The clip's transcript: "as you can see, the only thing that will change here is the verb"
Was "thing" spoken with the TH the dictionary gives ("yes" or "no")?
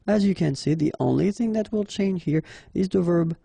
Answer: yes